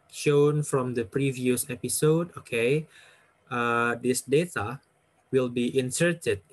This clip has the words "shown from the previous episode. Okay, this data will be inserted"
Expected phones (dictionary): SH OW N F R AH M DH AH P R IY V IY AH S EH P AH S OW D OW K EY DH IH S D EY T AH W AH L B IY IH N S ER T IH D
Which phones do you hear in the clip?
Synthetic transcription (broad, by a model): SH OW N F R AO M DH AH P R IY V IY AH S EH P AH S OW D OW K EY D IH S D EY T AH W AH L B IY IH N S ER T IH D